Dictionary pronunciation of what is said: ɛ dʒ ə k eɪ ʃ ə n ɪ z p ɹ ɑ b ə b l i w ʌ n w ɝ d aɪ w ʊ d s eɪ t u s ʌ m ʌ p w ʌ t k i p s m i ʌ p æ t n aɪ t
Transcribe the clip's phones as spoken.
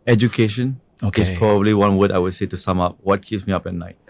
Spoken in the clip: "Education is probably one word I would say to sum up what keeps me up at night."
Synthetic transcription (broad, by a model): ɛ dʒ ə k eɪ ʃ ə n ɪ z p ɹ ɑ b ə b l i w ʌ n w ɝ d aɪ w ʊ d s eɪ t u s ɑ m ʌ p w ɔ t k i s m i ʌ p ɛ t n aɪ t